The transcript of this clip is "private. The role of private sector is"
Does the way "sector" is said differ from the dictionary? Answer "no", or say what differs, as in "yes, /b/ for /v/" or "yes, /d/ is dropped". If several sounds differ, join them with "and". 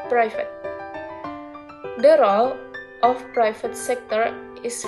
no